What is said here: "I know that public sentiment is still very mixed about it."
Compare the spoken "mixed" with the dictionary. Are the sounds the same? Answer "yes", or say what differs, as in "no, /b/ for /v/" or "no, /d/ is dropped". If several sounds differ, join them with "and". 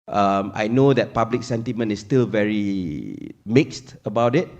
yes